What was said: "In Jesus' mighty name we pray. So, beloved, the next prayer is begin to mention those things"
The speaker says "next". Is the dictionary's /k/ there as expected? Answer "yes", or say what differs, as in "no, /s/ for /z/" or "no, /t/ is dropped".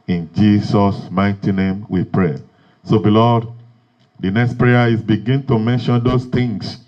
yes